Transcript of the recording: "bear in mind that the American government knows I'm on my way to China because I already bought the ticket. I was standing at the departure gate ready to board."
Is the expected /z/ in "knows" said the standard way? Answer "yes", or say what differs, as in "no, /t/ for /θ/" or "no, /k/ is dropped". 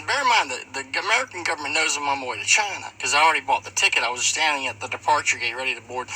yes